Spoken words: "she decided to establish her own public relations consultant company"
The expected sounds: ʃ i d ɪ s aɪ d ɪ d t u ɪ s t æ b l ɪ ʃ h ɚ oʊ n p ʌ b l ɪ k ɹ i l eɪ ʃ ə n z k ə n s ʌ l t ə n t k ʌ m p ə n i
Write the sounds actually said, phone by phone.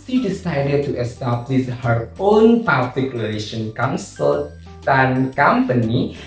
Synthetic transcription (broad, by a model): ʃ i d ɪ s aɪ d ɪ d t u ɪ s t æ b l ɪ s h ɚ oʊ n p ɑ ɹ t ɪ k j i l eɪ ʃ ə n k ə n s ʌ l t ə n k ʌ m p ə n i